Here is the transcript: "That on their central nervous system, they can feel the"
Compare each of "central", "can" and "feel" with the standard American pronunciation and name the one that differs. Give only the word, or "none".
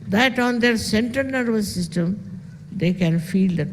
central